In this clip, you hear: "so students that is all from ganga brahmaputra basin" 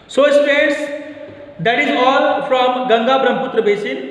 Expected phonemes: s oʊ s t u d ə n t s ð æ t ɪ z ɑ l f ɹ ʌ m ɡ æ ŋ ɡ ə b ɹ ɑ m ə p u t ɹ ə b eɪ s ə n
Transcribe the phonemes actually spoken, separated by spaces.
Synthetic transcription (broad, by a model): s oʊ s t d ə t s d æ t ɪ z ɑ l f ɹ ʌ m ɡ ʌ ŋ ɡ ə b ɹ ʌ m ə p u t ɹ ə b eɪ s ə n